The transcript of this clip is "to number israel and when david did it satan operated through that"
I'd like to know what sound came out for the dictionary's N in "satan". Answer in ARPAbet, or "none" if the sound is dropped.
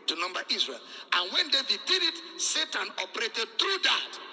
N